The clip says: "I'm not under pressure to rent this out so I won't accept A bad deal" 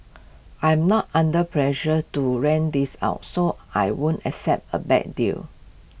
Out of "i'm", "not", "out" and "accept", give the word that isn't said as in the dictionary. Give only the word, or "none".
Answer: none